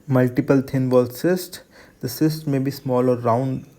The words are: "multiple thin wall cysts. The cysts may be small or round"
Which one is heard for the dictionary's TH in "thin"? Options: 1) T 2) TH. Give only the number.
1